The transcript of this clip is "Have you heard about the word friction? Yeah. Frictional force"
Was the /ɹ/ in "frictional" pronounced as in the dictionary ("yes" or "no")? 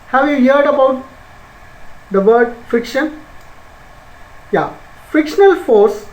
no